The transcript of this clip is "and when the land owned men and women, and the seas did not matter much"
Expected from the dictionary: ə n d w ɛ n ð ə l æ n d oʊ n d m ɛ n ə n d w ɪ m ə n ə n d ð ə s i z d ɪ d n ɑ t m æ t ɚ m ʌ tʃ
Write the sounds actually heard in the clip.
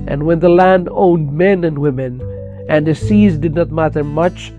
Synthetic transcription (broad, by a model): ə n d w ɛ n ð ə l æ n d oʊ n d m ɛ n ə n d w ɪ m ə n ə n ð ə s i z d ɪ d n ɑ t m æ t ɚ m ʌ tʃ